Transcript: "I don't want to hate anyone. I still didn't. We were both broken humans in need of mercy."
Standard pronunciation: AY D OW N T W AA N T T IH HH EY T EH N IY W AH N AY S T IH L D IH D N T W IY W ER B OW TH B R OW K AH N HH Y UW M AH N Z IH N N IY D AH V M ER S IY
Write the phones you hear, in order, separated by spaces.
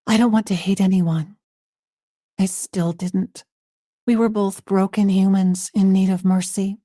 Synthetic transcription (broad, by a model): AY D OW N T W AA N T T IH HH EY T EH N IY W AH N AY S T IH L D IH D N T W IY W ER B OW TH B R OW K AH N HH Y UW M AH N Z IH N N IY D AH V M ER S IY